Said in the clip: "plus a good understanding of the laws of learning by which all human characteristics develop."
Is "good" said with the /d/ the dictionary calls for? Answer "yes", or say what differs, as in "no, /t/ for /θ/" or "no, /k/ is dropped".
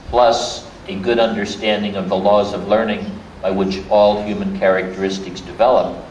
yes